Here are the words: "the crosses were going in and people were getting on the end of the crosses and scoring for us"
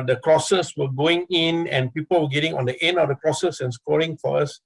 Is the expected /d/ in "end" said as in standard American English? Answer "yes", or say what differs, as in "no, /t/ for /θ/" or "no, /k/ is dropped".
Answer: no, /d/ is dropped